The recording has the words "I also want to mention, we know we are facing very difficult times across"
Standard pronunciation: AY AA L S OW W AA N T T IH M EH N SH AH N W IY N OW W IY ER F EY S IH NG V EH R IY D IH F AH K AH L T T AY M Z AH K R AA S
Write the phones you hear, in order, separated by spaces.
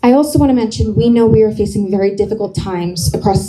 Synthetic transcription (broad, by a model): AY AA L S OW W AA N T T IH M EH N SH AH N W IY N OW W IY ER F EY S IH NG V EH R IY D IH F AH K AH L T T AY M Z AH K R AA S